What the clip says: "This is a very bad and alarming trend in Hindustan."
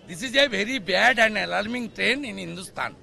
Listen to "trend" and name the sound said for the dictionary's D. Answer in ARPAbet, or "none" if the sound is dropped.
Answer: none